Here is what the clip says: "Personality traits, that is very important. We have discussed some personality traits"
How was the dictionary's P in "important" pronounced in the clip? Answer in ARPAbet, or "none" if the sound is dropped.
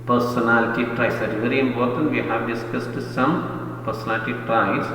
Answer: B